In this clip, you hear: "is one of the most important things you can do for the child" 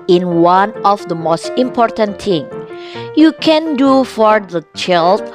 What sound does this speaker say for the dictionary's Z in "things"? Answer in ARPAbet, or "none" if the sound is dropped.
none